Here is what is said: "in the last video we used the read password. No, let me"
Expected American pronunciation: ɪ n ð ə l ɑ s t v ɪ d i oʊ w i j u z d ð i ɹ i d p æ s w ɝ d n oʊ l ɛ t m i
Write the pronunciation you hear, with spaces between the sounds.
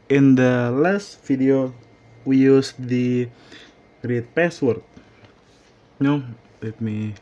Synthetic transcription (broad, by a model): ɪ n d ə l ɑ s t f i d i oʊ w i j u s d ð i ɹ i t p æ s w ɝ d n oʊ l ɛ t m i